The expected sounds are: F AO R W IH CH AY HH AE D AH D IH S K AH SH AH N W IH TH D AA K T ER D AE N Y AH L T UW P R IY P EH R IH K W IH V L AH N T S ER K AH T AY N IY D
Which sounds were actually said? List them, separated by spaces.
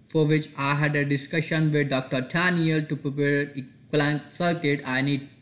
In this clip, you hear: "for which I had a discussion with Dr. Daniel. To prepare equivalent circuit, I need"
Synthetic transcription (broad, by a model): F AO R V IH CH AY HH AE D AH D IH S K AH SH AH N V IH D D AA K T ER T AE N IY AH L T UW P R IY P EH R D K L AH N S ER K AH T AY N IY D